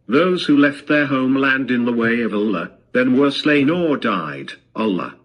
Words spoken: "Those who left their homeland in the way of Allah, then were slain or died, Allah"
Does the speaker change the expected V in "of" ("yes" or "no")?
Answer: no